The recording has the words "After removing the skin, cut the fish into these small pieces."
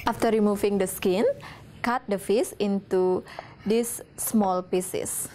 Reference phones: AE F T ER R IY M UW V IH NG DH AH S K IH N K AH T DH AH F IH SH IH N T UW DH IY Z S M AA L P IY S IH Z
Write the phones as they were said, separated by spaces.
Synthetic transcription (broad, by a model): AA F T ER R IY M UW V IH NG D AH S K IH N K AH T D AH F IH S IH N T UW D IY S M AA L P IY S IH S